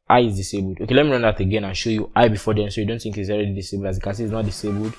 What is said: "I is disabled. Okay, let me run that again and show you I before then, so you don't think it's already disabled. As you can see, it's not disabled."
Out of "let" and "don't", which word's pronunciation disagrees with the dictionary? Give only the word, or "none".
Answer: none